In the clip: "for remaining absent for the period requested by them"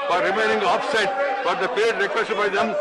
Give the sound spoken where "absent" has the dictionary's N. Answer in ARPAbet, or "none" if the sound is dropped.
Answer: none